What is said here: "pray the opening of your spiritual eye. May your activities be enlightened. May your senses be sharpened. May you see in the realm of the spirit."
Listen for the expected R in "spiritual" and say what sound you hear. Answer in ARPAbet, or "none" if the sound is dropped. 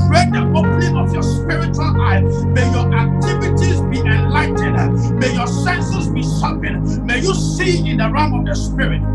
R